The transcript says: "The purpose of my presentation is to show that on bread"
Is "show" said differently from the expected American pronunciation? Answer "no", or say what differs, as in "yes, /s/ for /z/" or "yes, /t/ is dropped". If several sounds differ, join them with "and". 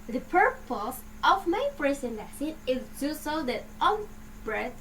yes, /s/ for /ʃ/